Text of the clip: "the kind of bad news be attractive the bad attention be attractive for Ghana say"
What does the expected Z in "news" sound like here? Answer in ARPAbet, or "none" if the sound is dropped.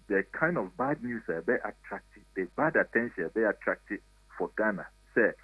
S